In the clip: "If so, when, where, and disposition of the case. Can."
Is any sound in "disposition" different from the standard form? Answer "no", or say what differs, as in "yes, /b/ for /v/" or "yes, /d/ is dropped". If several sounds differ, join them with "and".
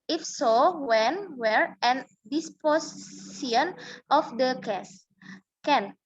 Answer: yes, /s/ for /ʃ/